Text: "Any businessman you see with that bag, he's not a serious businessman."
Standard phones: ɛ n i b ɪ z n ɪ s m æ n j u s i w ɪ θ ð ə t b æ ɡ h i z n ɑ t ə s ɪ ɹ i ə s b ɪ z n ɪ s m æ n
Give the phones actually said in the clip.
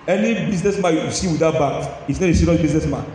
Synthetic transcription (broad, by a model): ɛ n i b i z n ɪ s m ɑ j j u s i w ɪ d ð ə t b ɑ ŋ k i s n ɑ t ə s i ɹ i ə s b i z n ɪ s m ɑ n